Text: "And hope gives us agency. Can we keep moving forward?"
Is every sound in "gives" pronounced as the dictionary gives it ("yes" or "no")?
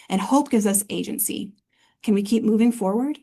yes